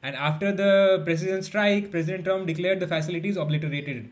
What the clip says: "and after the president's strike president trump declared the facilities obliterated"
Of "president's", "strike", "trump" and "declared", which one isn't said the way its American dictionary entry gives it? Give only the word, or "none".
president's